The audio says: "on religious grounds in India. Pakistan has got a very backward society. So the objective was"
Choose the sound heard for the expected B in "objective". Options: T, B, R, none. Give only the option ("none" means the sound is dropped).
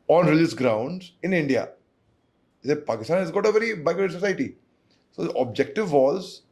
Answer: B